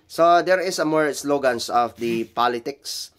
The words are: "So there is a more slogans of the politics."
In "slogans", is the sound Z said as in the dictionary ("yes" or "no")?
no